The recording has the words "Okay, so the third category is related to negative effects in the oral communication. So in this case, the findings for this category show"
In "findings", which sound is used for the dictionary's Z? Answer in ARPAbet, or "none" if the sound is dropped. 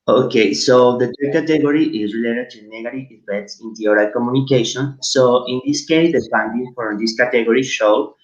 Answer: none